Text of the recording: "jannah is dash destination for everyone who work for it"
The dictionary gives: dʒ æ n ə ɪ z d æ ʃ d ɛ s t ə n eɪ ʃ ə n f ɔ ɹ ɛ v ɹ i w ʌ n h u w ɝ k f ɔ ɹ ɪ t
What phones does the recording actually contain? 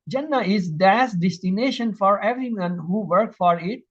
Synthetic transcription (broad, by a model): dʒ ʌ n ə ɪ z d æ s d ɛ s t ə n eɪ ʃ ə n f ɔ ɹ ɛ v ɹ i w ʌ n h u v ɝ k f ɔ ɹ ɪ t